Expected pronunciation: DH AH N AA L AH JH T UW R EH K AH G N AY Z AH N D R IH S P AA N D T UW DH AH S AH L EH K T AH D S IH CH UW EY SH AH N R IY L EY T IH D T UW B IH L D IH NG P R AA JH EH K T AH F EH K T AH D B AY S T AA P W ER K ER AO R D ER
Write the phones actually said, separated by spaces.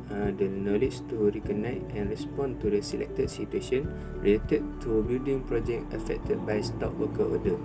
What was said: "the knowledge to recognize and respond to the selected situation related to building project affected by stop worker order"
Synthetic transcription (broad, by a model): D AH N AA L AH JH T UW R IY K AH N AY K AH N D R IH S P AA N T UW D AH S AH L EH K T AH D S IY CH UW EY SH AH N R IY L EY T IH D T UW B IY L D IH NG P R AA JH EH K AH F EH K T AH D B AY S T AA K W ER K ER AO D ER